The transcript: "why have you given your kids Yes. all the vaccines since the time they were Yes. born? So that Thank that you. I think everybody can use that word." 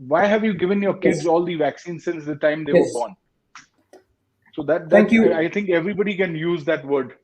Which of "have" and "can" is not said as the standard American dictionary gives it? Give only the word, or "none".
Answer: none